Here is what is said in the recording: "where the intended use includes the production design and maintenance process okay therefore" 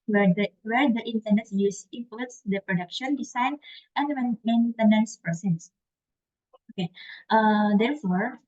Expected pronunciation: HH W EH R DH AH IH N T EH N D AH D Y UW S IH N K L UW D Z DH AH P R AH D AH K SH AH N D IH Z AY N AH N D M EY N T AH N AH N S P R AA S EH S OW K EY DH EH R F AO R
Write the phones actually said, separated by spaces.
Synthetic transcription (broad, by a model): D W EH R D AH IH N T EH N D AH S Y UW S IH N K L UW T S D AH P R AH D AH K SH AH N D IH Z AY N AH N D M EY N T AH N AH N S P R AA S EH S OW K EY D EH R F AO R